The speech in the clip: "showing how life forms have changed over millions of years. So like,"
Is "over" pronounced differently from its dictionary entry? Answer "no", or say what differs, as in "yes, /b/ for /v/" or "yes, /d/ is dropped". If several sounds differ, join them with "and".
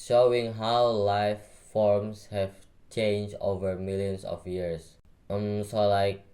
no